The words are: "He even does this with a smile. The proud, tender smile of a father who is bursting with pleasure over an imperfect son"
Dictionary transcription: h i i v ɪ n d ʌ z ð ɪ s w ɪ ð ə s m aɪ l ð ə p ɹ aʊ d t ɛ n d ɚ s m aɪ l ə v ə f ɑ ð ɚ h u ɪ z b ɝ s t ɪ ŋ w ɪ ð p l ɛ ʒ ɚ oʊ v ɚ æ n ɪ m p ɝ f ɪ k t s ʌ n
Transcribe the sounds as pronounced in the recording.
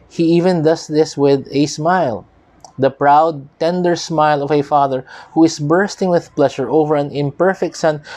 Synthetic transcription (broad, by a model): h i i v ɪ n d ʌ s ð ɪ s w ɪ ð ə s m aɪ l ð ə p ɹ aʊ d t ɛ n d ɚ s m aɪ l ə v ə f ɑ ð ɚ h u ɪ s b ɝ s t ɪ ŋ w ɪ ð p l ɛ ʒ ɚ oʊ v ɚ æ n ɪ m p ɝ f ɪ k t s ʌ n